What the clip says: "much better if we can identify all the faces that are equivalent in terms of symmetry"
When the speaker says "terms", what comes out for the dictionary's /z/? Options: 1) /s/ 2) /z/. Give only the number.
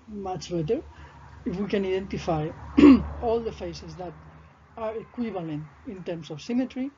1